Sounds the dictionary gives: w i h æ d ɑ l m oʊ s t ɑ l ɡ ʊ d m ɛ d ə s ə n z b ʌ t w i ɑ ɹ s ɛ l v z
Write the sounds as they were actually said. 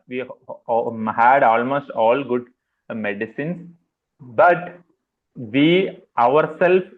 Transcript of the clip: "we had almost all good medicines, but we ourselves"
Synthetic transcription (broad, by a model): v i h æ d ɑ l m oʊ s t ɑ l ɡ ʊ d m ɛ d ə s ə n s b ʌ t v i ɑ ɹ s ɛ l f